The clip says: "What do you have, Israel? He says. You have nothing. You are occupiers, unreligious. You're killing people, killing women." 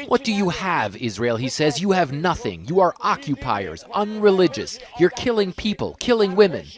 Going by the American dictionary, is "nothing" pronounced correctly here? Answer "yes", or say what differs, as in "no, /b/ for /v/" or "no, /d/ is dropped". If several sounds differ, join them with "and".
yes